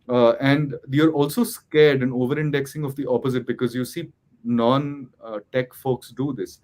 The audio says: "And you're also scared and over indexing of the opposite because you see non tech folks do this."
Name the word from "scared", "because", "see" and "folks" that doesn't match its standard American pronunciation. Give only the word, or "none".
none